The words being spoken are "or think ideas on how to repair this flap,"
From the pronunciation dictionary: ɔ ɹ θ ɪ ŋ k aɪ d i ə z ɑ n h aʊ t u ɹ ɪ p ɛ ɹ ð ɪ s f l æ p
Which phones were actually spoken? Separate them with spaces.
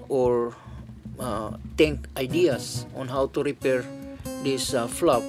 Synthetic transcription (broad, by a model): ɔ ɹ t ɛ ŋ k aɪ d i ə s ɑ n h aʊ t u ɹ ɪ p ɛ ɹ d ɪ s f l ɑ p